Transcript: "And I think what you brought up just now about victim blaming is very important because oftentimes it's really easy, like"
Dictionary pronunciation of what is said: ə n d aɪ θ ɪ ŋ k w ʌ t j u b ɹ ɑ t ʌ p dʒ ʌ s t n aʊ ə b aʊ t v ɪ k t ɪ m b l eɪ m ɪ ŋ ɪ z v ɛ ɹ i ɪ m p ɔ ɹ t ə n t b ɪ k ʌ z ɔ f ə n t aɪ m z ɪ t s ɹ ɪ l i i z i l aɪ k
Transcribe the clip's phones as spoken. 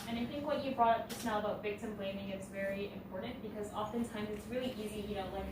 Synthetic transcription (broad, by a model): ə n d aɪ θ ɪ ŋ k w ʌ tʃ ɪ b ɹ ɑ t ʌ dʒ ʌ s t n aʊ ə b aʊ t v ɪ k t ɪ m b l eɪ m ɪ ŋ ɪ s v ɛ ɹ i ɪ m p ɔ ɹ t n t b ɪ k ʌ z ɔ f ə n t aɪ m z ɪ t s ɹ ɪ l i i z i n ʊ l